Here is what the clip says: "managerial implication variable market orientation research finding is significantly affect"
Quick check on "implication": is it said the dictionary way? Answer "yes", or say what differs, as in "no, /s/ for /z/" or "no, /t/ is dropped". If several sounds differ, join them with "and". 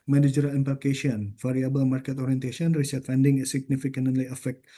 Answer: no, /l/ is dropped